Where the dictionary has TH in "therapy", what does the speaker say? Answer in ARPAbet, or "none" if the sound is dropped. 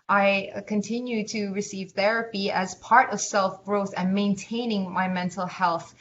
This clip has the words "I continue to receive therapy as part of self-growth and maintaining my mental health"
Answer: TH